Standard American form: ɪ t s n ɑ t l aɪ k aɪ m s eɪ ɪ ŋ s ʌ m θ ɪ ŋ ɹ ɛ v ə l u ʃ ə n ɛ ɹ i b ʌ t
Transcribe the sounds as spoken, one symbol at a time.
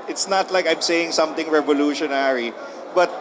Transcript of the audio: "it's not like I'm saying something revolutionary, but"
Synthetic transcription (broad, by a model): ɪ t s n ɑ t l aɪ k aɪ m s eɪ ɪ ŋ s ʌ m t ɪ ŋ ɹ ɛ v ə l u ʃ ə n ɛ ɹ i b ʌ t